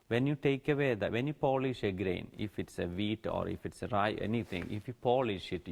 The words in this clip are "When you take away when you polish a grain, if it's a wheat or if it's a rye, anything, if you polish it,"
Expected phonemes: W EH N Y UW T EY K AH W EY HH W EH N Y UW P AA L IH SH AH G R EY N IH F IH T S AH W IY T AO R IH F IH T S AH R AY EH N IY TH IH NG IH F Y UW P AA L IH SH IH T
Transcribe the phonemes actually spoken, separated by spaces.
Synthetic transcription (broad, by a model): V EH N Y UW T EY K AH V EY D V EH N Y UW P AA L IH SH AH G R EY N IH F IH T S AH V IY T AO R IH F IH T S AH R AY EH N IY T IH NG IH F Y UW P AA L IH SH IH T